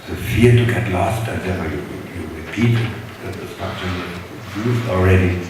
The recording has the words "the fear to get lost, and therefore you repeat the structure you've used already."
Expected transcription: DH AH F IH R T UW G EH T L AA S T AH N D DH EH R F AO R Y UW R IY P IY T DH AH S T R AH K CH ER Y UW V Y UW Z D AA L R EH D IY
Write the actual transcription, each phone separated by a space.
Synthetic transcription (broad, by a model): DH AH F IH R T UW G EH T L AA S T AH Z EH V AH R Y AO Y Y UW R IY P IY T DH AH S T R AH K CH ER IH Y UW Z AA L R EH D IY